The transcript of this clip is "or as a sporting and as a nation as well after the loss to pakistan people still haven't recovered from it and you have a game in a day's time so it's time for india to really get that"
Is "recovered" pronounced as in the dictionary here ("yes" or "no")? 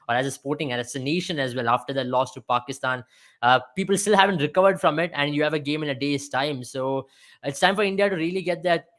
yes